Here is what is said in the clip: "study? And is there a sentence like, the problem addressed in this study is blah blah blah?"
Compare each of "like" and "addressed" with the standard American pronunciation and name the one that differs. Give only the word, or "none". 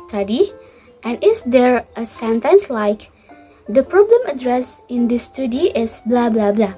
addressed